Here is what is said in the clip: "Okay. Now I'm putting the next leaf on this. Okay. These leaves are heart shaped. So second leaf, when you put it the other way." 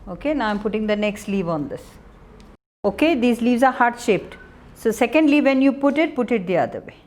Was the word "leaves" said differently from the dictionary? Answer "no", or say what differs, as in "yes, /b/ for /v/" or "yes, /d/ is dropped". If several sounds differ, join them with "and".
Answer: no